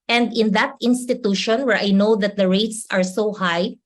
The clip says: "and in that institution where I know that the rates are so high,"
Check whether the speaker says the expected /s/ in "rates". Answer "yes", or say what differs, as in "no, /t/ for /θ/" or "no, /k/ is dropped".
yes